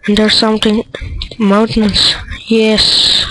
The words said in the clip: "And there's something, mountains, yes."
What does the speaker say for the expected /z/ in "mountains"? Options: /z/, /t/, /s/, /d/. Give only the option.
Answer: /s/